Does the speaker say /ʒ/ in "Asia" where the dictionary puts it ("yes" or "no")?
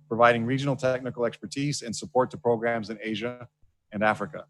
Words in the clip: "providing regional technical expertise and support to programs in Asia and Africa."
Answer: yes